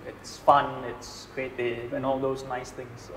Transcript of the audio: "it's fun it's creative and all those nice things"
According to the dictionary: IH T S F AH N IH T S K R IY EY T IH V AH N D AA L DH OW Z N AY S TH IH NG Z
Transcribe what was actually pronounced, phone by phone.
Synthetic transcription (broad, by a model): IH T S F AH N IH T S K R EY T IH AH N AA L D OW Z N AY S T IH NG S